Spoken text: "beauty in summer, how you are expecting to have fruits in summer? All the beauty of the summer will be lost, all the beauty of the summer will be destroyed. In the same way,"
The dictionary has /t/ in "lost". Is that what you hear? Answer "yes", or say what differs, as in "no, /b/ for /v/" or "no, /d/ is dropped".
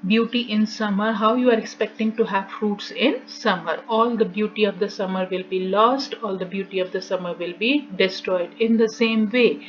yes